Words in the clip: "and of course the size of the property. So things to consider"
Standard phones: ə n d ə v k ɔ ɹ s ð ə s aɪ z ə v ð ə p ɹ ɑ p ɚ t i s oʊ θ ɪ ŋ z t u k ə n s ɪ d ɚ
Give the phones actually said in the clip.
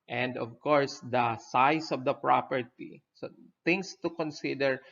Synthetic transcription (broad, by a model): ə n d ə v k ɔ ɹ s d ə s aɪ s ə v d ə p ɹ ɑ p ɚ t i s oʊ t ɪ ŋ s t u k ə n s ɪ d ɚ